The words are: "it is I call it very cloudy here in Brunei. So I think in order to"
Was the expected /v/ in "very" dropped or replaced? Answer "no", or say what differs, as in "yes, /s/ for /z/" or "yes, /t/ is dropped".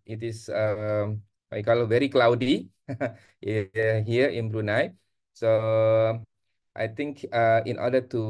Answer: no